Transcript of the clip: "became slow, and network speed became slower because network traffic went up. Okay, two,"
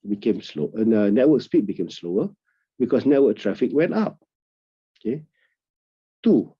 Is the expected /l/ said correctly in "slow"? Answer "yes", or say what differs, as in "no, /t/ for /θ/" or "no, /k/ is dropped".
yes